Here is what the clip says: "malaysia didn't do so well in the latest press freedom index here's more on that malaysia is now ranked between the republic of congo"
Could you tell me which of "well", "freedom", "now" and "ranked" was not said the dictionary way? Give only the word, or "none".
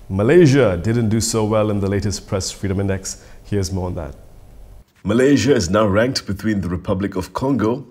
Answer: none